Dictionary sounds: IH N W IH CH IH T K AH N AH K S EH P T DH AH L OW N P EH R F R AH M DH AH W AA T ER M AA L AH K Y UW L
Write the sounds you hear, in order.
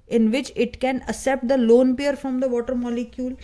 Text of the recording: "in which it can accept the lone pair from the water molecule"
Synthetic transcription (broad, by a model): IH N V IH CH IH T K AH N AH S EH P T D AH L OW N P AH R F R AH M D AH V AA T ER M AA L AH K Y UW L